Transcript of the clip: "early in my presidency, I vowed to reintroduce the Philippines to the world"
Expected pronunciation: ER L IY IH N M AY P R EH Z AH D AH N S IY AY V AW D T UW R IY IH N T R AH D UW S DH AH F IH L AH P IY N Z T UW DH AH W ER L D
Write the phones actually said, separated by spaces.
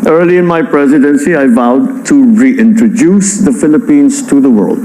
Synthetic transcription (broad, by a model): ER L IY IH N M AY P R EH Z AH D AH N S IY AY V AW D T UW R IY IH N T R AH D UW S DH AH F IH L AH P IY N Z T UW DH AH W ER L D